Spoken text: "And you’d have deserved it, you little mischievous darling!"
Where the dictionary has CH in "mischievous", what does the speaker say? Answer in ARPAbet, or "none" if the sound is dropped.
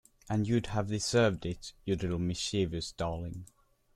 SH